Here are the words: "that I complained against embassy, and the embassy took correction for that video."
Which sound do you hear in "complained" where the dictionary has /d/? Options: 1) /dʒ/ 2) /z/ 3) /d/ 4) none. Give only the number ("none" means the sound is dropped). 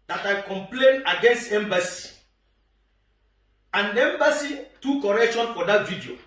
4